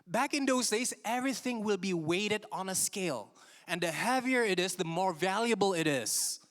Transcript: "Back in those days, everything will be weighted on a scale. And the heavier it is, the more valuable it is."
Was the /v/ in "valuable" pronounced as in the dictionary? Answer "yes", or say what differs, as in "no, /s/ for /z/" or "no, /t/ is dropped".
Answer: yes